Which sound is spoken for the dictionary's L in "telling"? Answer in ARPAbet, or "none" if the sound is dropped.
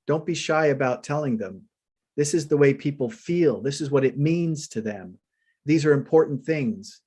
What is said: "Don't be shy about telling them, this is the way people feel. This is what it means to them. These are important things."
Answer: L